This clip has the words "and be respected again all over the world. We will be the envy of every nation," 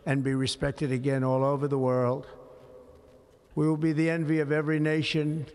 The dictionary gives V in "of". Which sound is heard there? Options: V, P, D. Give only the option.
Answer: V